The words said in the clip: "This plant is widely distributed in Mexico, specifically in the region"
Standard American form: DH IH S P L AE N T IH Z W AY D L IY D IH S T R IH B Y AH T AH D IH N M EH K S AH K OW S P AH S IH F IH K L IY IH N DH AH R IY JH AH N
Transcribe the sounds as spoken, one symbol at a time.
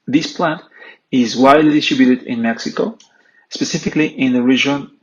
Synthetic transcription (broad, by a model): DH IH S P L AE N T IH Z W AY D L IY D IH S T R IH B Y AH T AH D IH N M EH K S AH K OW S P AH S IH F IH K L IY IH N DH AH R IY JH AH N